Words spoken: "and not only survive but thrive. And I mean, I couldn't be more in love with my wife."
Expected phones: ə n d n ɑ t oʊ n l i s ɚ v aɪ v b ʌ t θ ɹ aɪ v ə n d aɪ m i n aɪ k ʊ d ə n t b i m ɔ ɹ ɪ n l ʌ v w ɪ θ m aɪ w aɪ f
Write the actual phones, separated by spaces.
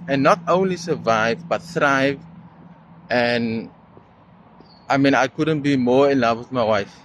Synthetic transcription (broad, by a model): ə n n ɑ t oʊ n l i s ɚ v aɪ v b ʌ t θ ɹ aɪ v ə n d aɪ m i n aɪ k ʊ d ə n t b i m ɔ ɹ ɪ n l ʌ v w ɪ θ m aɪ w aɪ f